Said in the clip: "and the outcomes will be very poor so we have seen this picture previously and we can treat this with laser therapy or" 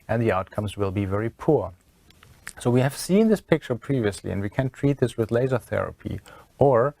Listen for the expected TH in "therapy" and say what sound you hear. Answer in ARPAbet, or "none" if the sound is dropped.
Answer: TH